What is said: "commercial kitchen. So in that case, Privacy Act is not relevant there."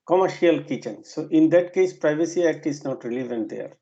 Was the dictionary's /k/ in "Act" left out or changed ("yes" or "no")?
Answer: no